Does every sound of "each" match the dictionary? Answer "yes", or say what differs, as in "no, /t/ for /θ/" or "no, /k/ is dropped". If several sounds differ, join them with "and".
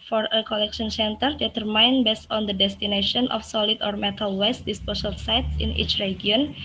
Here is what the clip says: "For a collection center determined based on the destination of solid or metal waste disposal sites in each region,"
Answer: yes